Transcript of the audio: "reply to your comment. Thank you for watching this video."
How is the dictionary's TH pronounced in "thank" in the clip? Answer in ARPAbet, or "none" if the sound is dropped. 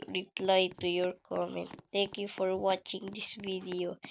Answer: T